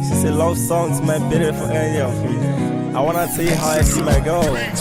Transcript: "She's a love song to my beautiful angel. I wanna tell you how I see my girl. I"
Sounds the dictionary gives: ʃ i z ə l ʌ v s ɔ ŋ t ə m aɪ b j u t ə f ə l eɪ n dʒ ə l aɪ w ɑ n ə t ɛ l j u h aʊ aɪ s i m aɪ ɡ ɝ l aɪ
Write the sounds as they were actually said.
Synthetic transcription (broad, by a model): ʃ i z ə l ʌ v s ɔ ŋ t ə m aɪ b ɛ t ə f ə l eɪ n ə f aɪ w ɑ n ə t ɛ l j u h aʊ aɪ s i m aɪ ɡ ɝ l